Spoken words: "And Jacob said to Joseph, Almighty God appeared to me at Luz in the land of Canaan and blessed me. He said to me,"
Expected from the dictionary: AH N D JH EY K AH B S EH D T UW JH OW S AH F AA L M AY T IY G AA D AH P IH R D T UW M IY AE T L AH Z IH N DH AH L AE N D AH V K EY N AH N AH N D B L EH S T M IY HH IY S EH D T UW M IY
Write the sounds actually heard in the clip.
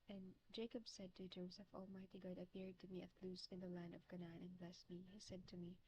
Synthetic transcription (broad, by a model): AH N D JH EY K AH B S EH D T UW JH OW S AH F AA L M AY T IY G AA D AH P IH R D T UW M IY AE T L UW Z IH N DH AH L AE N D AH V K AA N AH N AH N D B L EH S T M IY HH IY S EH D T UW M IY